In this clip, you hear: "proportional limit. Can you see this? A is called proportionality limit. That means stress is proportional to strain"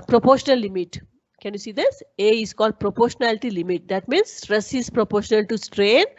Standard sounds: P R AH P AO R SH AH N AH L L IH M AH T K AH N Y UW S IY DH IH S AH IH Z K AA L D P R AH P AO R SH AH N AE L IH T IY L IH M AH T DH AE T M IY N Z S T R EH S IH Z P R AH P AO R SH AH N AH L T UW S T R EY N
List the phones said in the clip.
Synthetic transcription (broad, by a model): P R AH P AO R SH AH N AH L L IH M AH T K AH N Y UW S IY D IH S AH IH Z K AA L D P R AH P AO R SH AH N AE L IH T IY L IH M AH T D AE T M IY N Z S T R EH S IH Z P R AH P AO R SH AH N AH L T UW S T R EY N